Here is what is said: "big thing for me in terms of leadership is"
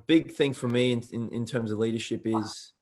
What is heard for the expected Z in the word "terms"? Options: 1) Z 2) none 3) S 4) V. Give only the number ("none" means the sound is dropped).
1